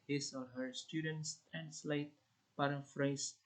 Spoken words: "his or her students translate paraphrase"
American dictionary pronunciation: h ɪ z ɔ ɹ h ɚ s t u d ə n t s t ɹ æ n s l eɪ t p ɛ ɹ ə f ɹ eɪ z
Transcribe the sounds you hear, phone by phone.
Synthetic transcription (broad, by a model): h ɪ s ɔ l h ɚ s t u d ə n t s t ɹ æ n s l eɪ t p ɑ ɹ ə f ɹ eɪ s